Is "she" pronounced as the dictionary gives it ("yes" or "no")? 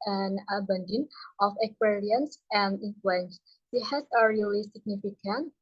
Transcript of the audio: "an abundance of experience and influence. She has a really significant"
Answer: no